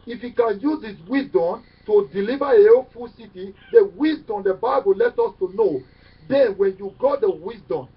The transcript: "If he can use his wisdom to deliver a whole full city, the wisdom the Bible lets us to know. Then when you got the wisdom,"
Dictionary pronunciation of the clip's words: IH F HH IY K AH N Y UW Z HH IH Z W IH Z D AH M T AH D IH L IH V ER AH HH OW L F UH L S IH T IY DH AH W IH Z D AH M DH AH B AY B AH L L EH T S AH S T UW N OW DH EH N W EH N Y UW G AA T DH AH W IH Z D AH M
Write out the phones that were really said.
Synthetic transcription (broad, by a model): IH F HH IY K AH N Y UW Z HH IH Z W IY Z D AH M T AH D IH L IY V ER AH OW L F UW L S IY T IY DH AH W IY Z D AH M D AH B AY B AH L L EH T AO S T UW N OW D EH N W EH N Y UW G AA T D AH W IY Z D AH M